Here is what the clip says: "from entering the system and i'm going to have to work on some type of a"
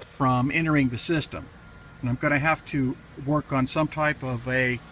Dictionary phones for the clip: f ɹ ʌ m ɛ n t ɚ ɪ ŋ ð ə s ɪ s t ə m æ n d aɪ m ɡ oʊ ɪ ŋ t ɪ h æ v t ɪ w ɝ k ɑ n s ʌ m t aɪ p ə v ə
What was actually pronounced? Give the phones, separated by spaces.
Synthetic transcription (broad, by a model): f ɹ ʌ m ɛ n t ɚ ɪ ŋ ð ə s ɪ s t ə m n aɪ m ɡ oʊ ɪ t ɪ h æ f t ɪ w ɝ k n s ʌ m t aɪ p ə v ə